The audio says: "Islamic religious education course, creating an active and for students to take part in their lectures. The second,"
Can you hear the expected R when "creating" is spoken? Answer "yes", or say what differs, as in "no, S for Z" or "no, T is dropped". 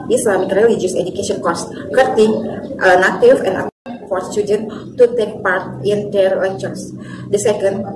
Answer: no, R is dropped